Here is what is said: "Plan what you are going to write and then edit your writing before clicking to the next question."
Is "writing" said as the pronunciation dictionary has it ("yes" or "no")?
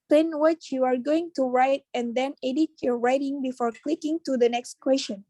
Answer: yes